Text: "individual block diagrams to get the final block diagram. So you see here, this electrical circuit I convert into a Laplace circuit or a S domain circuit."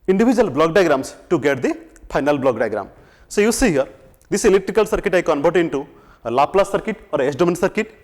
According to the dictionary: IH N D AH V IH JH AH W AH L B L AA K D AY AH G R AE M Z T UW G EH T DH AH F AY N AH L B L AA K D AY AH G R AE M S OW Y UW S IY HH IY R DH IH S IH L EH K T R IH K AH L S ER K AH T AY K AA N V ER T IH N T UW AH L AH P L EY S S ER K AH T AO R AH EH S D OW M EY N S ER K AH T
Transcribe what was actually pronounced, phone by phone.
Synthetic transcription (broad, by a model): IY N D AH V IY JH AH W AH L B L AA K D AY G R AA M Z T UW G EH T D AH P AY N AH L B L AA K D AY G R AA M S OW Y UW S IY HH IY R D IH S IH L EH K T R IH K AH L S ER K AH T AY K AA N B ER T IH N T UW L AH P L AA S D K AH T AO R AH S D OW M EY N S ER K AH T